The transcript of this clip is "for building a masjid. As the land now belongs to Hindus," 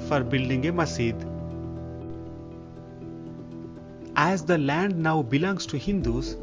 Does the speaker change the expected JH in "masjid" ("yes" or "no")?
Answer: yes